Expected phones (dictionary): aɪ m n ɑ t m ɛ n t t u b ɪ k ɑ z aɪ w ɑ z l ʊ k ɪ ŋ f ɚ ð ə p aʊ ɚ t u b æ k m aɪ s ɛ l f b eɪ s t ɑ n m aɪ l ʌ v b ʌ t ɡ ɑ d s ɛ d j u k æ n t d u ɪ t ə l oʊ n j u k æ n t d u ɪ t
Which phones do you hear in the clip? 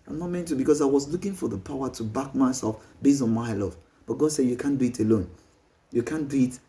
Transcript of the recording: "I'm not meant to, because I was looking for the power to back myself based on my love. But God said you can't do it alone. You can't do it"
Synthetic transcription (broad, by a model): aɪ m n ɑ t m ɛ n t t u b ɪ k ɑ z aɪ w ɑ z l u k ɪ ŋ f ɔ ð ə p aʊ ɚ t u b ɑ k m aɪ s ɛ l f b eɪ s ɑ n m aɪ l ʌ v b ʌ t ɡ ɑ d s ɛ d j u k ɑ n d u ɪ t ə l oʊ n j u k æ n d u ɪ t